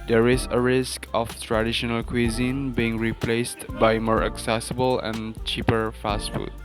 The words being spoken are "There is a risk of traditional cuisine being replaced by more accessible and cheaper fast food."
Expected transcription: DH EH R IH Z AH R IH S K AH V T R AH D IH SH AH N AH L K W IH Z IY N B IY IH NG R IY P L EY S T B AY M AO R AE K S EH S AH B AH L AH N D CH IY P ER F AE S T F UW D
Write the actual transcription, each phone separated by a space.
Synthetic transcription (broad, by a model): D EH R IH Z AH R IH S K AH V T R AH D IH SH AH N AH L K W IH Z IY N B IY IH NG R IY P L EY S T B AY M AO R AE K S EH S AH B AH L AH N CH IY P ER F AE S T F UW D